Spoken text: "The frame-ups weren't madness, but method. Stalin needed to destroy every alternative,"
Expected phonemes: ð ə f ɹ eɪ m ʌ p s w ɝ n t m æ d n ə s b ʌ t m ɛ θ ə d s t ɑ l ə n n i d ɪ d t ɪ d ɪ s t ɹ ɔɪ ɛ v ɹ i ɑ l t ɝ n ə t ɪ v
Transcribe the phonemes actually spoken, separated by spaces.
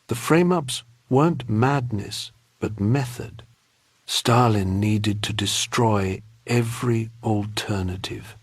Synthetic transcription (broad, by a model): ð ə f ɹ eɪ m ʌ p s w ɝ n m æ d n ə s b ʌ t m ɛ θ ə d s t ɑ l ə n n i d ɪ d t ɪ d ɪ s t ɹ ɔɪ ɛ v ɹ i l t ɝ n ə t ɪ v